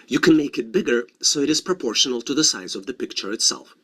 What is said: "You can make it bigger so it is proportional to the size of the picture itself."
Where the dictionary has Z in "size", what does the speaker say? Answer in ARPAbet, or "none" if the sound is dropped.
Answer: Z